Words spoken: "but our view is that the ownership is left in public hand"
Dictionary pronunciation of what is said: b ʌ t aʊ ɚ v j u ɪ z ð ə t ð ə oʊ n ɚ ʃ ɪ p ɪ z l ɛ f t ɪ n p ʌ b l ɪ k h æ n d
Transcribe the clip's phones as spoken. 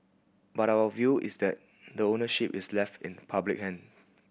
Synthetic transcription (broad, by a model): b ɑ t aʊ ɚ v j u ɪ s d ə t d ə oʊ n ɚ ʃ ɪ p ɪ s l ɛ f t ɪ n p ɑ b l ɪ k h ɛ n